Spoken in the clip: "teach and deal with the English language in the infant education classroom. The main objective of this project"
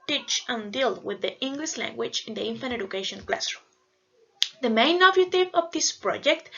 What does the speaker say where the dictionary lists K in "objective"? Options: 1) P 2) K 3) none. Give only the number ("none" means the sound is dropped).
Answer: 3